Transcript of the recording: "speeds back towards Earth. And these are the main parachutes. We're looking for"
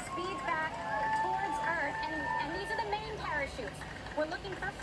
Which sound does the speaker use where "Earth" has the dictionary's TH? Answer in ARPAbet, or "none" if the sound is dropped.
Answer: TH